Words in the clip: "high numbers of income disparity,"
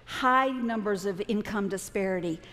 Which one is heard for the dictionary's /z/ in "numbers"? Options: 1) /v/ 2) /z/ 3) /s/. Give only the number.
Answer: 2